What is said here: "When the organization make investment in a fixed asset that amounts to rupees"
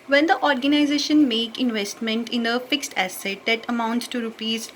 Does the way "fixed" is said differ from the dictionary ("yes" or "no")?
no